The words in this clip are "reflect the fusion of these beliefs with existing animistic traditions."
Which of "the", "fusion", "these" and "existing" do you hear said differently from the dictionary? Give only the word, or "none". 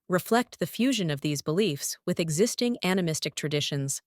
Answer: none